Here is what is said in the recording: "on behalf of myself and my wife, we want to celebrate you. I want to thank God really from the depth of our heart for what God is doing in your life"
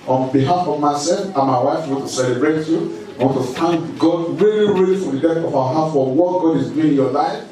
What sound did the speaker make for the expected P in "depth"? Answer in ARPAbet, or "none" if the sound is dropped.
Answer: none